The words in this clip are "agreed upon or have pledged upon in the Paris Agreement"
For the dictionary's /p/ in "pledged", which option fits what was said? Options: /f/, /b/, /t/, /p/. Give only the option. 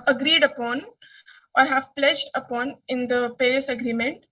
/p/